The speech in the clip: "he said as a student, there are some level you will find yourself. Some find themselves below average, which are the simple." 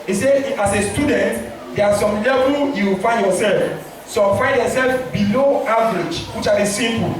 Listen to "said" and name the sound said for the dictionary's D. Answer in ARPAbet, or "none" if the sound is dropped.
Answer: none